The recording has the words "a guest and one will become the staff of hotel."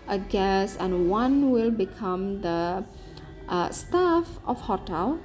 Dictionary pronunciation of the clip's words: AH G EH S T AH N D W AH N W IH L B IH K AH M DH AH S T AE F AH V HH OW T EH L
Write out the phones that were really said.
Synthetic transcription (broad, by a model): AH G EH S AH N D W AH N W IH L B IH K AH M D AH S T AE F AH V HH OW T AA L